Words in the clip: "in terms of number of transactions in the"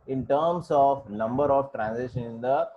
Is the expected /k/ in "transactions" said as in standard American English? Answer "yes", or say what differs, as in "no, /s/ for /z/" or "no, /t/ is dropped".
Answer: no, /k/ is dropped